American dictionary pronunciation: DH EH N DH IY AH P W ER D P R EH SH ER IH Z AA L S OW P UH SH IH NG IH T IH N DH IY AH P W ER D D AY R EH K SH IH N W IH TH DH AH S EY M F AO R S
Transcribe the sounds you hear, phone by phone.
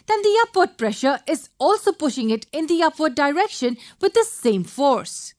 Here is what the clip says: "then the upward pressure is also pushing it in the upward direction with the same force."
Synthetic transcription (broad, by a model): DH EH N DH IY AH P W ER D P R EH SH ER IH Z AA L S OW P UH SH IH NG IH T IH N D IY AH P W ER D D AY R EH K SH IH N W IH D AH S EY M F AO R S